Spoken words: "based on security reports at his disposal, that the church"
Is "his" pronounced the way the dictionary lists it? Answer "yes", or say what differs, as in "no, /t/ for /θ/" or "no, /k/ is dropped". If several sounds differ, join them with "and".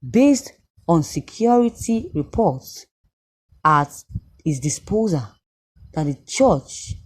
no, /s/ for /z/